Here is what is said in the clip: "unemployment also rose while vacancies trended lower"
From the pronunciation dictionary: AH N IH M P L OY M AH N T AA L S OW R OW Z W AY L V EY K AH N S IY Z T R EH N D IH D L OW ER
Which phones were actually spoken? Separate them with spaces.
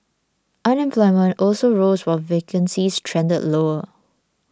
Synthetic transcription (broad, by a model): AH N IH M P L OY M AH N T AA L S OW R OW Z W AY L V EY K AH N S IY S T R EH N D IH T L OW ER